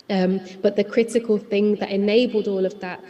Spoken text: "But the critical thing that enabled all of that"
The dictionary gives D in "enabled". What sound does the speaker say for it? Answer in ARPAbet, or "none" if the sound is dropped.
D